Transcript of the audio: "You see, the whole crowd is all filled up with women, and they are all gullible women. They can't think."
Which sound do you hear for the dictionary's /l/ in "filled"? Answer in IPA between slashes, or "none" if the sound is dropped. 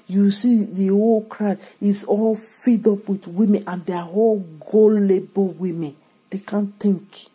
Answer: none